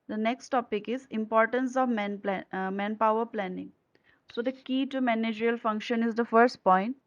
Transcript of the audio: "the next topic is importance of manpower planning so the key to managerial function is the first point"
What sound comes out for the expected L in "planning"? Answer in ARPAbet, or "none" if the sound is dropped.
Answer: L